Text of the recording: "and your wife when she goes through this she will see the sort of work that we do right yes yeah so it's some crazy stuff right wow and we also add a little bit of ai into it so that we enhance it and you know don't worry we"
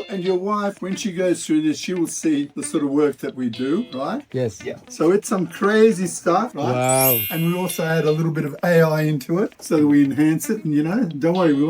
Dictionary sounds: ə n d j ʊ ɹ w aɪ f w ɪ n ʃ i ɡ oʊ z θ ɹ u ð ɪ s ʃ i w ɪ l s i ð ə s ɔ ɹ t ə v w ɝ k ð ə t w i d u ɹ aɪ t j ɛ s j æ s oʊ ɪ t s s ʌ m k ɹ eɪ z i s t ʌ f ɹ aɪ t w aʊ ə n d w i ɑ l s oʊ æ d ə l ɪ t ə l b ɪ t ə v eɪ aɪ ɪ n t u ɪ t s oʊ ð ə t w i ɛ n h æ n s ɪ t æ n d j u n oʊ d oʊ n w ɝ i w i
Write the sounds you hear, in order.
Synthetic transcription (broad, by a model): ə n j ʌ ɹ w aɪ f w ɪ n ʃ i ɡ oʊ z θ ɹ u ð ɪ s ʃ i w ɪ l s i ð ə s ɔ ɹ t ə v w ɝ k ð ə t w i d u ɹ aɪ t j ɛ s j æ s oʊ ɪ t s s ʌ m k ɹ eɪ z i s t ʌ f ɹ aɪ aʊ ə n w i ɑ l s oʊ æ d ə l ɪ t l b ɪ t ə v eɪ aɪ ɪ n t u ɪ t s oʊ ð ə t w i ɛ n h æ n s ɪ t n j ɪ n oʊ d oʊ n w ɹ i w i